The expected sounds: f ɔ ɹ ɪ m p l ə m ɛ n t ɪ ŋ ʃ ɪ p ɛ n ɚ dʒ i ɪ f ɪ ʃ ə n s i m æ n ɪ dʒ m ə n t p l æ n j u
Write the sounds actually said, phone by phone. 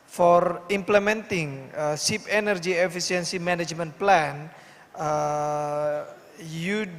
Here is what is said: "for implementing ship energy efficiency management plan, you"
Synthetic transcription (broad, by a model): f ɔ ɹ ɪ m p l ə m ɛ n t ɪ ŋ s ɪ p ɛ n ɚ dʒ i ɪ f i s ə n s i m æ n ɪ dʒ m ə n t p l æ n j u